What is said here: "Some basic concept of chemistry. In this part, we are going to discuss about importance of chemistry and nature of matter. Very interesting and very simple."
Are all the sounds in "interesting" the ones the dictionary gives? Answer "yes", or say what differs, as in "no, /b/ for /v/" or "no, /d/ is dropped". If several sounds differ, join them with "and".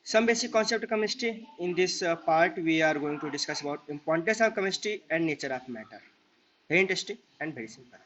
no, /ɹ/ is dropped